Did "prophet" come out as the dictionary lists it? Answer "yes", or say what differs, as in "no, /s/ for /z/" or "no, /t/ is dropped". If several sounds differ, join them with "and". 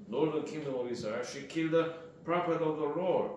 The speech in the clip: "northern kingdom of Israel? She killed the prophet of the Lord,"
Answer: no, /p/ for /f/